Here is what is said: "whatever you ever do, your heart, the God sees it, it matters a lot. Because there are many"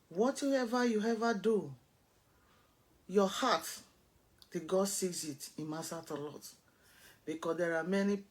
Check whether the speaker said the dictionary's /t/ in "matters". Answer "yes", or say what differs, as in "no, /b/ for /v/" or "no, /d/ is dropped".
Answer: no, /s/ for /t/